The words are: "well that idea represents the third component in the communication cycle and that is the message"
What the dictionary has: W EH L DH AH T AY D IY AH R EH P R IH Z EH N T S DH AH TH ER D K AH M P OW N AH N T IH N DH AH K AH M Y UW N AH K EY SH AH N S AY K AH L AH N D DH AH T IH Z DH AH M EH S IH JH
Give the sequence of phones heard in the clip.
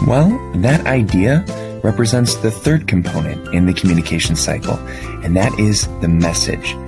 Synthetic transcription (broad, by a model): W EH L DH AH T AY D IY AH R EH P R IH Z EH N T S DH AH TH ER D K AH M P OW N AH N T IH N DH AH K M Y UW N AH K EY SH N S AY K L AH N DH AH T IH Z DH AH M EH S IH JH